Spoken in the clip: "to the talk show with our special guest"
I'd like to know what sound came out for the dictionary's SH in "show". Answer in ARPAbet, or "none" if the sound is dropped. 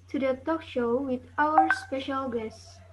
SH